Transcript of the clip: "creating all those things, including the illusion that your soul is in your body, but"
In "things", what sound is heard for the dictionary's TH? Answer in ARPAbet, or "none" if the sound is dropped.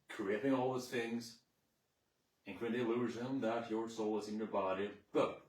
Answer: TH